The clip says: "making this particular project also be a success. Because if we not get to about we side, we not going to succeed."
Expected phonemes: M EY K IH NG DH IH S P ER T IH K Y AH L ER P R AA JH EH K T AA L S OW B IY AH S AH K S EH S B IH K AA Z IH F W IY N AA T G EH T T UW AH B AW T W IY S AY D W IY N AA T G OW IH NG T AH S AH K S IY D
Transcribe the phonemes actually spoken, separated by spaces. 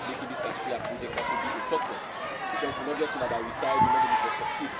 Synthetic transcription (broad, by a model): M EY K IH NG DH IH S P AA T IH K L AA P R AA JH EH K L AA S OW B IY AH S AH K S EH S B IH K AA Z W IY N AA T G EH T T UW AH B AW W IY S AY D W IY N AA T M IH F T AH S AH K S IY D